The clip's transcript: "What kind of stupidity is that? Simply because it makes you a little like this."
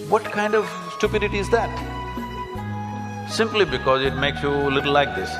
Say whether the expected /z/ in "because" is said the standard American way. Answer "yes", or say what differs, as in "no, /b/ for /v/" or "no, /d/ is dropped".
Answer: yes